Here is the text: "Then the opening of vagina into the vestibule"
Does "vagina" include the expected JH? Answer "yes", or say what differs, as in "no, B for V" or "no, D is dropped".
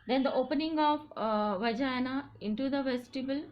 yes